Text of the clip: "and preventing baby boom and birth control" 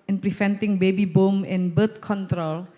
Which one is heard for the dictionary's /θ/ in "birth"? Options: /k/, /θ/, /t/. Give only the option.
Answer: /t/